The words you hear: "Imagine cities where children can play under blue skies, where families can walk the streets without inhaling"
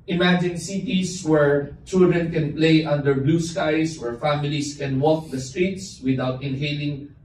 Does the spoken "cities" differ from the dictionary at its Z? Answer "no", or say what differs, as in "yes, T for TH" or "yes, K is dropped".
yes, S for Z